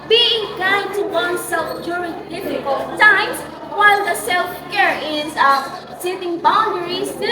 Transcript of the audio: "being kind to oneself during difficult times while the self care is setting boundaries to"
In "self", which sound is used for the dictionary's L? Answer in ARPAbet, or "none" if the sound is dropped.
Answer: L